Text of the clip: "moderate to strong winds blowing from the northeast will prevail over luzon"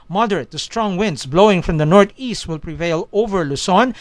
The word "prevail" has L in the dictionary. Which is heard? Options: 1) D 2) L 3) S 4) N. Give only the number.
2